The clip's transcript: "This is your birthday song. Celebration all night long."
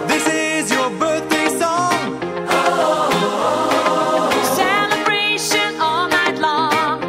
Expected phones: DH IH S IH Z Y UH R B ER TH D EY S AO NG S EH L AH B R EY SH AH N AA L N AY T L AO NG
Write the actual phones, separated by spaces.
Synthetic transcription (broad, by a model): DH IH S IH Z Y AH R B ER TH D EY S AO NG S EH L AH B R EY SH AH N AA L N AY T L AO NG